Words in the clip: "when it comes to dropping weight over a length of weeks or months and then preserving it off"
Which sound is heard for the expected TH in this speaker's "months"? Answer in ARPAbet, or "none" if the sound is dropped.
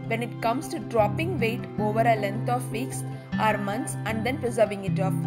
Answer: T